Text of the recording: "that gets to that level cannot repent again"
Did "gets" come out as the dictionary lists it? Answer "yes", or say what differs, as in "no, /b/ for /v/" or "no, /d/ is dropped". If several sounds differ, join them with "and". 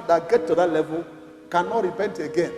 no, /s/ is dropped